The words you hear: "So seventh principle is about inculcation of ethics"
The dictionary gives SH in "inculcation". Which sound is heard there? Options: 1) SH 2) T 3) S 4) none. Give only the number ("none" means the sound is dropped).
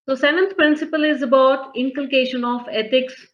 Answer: 1